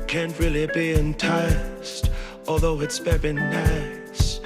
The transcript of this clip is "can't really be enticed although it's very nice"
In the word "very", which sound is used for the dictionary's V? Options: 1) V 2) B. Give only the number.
2